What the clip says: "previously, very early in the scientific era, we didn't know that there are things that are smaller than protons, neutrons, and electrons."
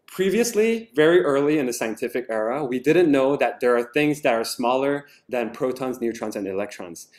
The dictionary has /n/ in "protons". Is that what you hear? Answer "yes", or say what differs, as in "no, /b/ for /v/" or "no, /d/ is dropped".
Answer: yes